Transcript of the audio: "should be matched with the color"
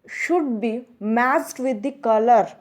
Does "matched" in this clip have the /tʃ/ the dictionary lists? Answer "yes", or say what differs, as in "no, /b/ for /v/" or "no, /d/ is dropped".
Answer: no, /s/ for /tʃ/